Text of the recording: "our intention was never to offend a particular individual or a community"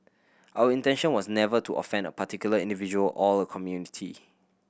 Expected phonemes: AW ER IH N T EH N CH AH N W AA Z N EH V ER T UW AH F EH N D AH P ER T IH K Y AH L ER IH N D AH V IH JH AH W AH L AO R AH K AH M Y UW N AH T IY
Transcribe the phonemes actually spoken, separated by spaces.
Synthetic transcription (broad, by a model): AW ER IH N T EH N SH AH N W AA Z N EH V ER T UW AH F EH N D AH P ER T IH K Y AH L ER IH N D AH V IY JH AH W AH L AO L AH K AH M Y UW N AH T IY